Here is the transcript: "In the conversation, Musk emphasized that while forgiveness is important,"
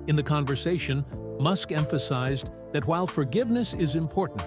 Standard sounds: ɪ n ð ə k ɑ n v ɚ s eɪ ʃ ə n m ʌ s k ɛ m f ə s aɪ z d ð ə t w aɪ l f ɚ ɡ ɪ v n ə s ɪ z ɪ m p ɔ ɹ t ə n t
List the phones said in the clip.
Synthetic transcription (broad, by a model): ɪ n ð ə k ɑ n v ɚ s eɪ ʃ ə n m ʌ s k ɛ m f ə s aɪ z ð ə t w aɪ l f ɚ ɡ ɪ v n ə s ɪ z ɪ m p ɔ ɹ t n t